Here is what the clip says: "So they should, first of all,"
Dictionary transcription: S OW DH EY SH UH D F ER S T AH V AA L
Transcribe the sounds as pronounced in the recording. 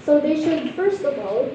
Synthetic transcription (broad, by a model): S OW DH EY SH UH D F ER S T AH V AA L